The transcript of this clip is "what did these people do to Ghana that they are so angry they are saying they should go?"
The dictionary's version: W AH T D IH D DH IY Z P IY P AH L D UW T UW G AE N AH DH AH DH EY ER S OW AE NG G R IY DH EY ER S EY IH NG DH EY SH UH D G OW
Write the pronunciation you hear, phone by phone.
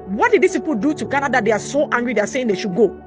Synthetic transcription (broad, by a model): W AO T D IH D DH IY S P IY P AH L D UW T UW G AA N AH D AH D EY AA S OW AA NG G R IY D EY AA S EY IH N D EY SH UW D G OW